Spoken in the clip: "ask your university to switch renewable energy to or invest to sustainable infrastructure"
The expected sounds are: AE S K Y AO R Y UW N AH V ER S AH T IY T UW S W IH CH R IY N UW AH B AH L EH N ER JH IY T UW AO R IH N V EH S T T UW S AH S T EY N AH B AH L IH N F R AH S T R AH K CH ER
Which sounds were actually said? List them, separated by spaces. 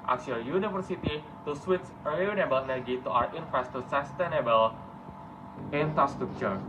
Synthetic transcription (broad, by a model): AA K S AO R Y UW N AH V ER S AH T IY T UW S W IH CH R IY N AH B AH L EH N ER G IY T UW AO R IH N F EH S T T UW S AH S T EY N AH B AH L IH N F R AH S T R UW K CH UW